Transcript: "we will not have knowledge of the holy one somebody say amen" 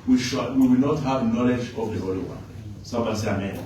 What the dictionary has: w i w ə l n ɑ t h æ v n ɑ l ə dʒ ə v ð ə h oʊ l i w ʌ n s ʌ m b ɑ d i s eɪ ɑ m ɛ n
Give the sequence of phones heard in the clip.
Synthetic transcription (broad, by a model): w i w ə w n ɑ t h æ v n ɑ l ə dʒ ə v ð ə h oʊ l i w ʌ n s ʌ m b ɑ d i s eɪ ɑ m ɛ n